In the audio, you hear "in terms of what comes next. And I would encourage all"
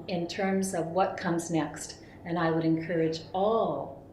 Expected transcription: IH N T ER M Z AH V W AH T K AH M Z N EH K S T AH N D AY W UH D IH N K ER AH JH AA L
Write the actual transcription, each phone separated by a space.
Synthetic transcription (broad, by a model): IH N T ER M Z AH V W AH T K AH M Z N EH K S T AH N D AY W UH D IH N K ER AH JH AA L